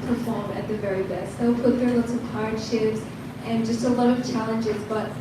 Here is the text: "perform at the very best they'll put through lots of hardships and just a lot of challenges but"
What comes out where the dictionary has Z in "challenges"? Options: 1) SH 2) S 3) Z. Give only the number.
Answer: 3